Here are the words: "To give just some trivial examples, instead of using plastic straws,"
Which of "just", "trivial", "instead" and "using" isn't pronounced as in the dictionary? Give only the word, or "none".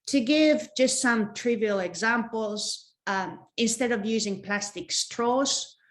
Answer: none